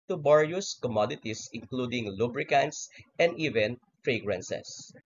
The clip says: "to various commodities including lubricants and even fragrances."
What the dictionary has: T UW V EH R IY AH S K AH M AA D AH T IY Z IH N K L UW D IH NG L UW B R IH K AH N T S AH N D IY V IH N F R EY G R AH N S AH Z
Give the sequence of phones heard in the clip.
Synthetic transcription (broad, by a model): T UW B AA R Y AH S K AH M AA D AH T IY S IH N K L UW D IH NG L UW B R IH K AH N T S AH N D IY V IH N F R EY G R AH N S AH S